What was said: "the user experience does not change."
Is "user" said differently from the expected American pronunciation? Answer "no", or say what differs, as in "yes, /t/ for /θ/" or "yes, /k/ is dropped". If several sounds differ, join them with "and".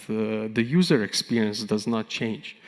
no